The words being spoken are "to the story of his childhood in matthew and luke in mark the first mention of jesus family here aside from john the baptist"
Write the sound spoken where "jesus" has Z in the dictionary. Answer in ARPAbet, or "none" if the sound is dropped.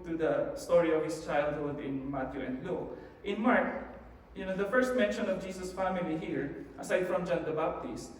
S